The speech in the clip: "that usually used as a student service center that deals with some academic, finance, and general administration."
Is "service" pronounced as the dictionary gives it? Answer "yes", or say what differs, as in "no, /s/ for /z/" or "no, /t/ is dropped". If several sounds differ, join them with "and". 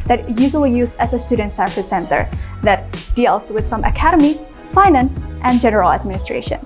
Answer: no, /f/ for /v/